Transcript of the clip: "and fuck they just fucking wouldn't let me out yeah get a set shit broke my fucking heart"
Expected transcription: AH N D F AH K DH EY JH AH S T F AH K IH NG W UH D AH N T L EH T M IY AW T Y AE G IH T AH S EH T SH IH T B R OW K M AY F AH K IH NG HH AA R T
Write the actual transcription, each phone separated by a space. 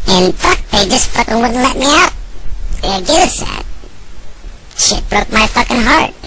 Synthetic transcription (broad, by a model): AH N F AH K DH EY JH AH S T F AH K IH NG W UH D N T L EH T M IY AW T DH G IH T AH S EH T SH IH T B R OW K M AY F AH K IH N HH AA R T